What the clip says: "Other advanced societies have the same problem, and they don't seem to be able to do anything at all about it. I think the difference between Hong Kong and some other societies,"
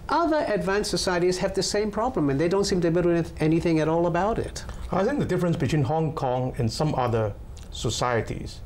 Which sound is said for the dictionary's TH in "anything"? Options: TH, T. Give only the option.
TH